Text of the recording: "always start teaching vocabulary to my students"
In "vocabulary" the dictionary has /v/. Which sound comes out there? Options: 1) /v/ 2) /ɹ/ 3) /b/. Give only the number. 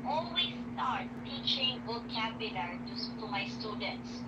3